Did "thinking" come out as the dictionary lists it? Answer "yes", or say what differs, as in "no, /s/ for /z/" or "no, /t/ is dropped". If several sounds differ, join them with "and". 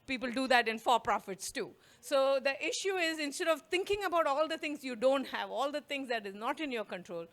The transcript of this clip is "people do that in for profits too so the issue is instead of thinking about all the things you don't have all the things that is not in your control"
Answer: no, /t/ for /θ/